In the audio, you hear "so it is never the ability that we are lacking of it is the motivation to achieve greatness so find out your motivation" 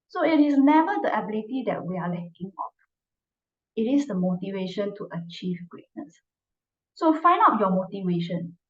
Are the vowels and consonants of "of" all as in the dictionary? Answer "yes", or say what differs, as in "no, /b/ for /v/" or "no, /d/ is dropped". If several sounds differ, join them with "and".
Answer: no, /p/ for /v/